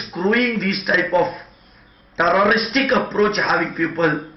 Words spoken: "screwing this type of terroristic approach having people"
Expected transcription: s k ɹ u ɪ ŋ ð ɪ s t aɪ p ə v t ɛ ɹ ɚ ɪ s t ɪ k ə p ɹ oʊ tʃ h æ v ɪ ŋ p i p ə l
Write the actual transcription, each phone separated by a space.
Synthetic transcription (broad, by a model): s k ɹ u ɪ ŋ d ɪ s t aɪ p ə f t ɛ ɹ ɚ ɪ s t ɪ k ə p ɹ oʊ tʃ h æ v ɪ ŋ p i p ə l